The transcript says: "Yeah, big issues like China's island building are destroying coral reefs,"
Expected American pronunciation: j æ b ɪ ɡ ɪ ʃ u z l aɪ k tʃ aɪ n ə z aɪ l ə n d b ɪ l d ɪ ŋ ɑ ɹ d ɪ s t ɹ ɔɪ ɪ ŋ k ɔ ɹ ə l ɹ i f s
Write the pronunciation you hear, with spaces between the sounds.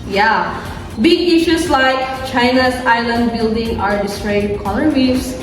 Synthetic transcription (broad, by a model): j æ b ɪ ɡ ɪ ʃ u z l aɪ k tʃ aɪ n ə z aɪ l ə n d b ɪ l d ɪ ŋ ɑ ɹ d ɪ s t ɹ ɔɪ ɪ k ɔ l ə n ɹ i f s